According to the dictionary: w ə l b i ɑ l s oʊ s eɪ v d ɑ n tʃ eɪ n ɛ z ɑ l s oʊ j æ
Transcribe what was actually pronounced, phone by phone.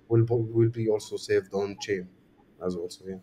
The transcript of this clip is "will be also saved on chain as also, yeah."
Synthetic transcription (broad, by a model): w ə l b i ɑ l s oʊ s eɪ v d ɑ n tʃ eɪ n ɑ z ɑ l s oʊ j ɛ